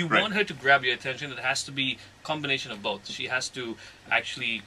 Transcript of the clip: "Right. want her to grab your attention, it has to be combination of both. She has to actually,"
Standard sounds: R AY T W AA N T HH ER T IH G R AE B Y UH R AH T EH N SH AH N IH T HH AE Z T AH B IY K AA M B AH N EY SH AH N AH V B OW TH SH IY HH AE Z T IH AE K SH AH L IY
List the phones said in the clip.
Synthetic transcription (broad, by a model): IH W AA N T HH ER T IH G R AE B Y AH R AH T EH N SH AH N IH T HH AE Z T AH B IY K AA M B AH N EY SH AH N AH V B OW TH SH IY HH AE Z T IH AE K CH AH L IY